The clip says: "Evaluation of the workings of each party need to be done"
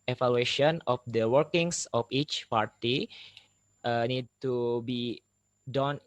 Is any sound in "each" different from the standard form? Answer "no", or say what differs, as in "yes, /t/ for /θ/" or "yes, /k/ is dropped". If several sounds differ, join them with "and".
no